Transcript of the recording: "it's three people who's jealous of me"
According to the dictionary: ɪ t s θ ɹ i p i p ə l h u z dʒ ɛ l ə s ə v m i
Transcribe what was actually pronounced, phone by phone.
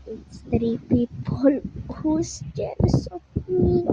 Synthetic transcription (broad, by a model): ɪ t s t ɹ i p i p ə l h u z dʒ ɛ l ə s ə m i